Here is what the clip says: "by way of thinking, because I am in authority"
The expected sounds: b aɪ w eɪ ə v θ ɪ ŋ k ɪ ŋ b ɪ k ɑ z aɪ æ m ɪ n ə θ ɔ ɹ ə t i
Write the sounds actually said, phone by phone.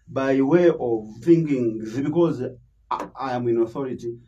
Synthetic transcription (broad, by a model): b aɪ w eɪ ə v f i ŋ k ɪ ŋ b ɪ k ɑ z aɪ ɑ m ɪ n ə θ ɔ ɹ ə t i